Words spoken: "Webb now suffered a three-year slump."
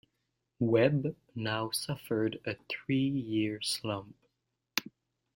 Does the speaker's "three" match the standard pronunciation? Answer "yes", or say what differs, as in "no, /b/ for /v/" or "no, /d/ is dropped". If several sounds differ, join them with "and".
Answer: yes